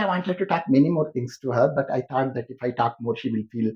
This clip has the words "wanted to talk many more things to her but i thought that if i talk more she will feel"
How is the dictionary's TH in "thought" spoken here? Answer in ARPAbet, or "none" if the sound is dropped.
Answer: T